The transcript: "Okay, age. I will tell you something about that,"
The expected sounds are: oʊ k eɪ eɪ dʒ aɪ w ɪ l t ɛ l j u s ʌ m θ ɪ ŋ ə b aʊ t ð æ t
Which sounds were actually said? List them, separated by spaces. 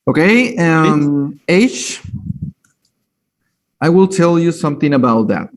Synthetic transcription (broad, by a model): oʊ k eɪ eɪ ʃ aɪ w ɪ l t ɛ l j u s ʌ m θ ɪ ŋ ə b aʊ t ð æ t